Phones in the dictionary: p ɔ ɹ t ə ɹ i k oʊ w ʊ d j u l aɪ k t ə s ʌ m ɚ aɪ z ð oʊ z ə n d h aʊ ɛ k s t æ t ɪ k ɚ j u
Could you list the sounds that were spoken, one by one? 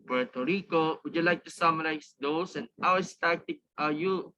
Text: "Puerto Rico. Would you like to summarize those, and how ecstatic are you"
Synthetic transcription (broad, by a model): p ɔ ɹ t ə ɹ i k oʊ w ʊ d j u l aɪ k t ə s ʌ m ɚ aɪ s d oʊ s ə n d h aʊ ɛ s t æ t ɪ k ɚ j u